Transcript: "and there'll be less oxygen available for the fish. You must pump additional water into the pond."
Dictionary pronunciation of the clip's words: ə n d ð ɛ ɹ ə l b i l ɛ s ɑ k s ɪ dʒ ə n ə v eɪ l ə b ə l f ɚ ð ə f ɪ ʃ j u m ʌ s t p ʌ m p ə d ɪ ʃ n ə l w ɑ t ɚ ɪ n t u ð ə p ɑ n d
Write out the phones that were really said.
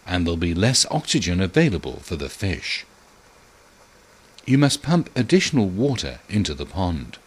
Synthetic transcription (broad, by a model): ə n ð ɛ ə l b i l ɛ s ɑ k s ɪ dʒ ə n ə v eɪ l ə b ə l f ɚ ð ə f ɪ ʃ j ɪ m ʌ s p ʌ m p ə d ɪ ʃ n l w ɑ t ɚ ɪ n t u ð ə p ɑ n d